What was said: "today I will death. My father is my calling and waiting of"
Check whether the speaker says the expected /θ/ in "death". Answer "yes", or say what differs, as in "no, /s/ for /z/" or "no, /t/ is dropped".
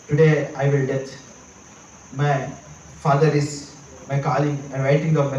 no, /t/ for /θ/